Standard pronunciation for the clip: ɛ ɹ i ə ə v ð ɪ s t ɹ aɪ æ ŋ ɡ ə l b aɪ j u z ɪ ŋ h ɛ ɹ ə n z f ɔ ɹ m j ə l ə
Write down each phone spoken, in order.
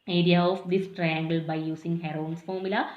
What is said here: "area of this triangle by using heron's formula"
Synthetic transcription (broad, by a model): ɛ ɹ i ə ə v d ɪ s t ɹ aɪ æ ŋ ɡ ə l b aɪ j u s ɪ ŋ h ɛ ɹ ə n s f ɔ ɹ m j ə l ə